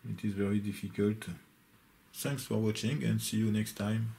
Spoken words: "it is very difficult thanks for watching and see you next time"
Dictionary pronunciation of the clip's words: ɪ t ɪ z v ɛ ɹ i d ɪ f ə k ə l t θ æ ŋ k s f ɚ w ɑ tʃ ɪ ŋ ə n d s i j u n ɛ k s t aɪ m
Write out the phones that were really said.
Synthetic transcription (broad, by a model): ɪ t ɪ z v ɛ ɹ i d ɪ f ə k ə l t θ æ ŋ k s f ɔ w ɑ tʃ ɪ ŋ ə n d s i j u n ɛ k s t aɪ m